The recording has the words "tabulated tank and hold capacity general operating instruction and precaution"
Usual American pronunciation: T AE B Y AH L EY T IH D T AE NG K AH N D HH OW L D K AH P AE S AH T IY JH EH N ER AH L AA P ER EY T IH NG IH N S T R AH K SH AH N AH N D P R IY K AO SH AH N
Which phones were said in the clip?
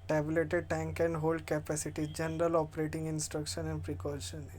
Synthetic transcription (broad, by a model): T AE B L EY T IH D T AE NG K AH N D HH OW L D K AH P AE S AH T IY JH EH N ER AH L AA P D EY T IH NG IH N S T R AH K SH AH N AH N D P R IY K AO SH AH N